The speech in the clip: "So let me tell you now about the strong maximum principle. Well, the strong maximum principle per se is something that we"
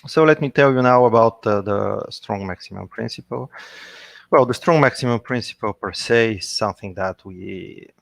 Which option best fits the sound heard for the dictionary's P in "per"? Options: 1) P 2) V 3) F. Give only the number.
1